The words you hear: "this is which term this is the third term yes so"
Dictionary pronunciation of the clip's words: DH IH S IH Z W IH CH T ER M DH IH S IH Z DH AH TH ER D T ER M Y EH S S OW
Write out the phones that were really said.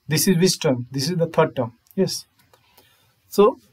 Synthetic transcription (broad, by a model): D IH S IH Z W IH S T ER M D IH S IH Z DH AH T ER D T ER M Y EH S S OW